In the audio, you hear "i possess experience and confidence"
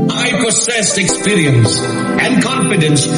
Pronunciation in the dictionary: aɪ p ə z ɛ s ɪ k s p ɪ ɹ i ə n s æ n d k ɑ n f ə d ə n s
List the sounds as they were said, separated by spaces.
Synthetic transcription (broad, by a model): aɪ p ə s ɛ s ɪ k s p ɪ ɹ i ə n s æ n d k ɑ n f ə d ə n s